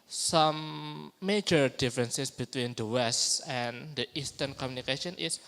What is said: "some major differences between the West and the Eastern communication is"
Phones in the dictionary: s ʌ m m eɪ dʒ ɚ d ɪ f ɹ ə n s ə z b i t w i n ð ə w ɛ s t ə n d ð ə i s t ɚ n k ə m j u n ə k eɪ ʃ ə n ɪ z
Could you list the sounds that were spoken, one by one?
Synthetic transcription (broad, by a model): s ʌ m m eɪ dʒ ɚ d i f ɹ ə n s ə s b i t w i n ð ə w ɛ s t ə n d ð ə i s t ɚ n k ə m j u n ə k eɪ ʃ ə n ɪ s